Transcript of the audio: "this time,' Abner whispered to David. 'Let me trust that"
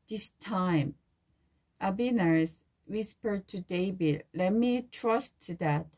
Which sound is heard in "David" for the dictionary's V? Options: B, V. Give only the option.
B